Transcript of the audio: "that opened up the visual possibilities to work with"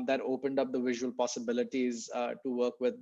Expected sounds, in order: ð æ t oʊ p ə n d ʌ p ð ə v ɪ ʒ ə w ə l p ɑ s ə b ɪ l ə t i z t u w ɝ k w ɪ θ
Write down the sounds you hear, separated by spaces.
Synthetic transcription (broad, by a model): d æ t oʊ p ə n d ʌ p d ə v ɪ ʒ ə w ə l p ɑ s ə b ɪ l ə t i z t u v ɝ k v ɪ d